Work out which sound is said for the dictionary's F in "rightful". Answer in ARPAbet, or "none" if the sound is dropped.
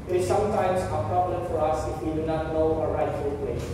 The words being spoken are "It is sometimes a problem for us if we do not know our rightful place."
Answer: none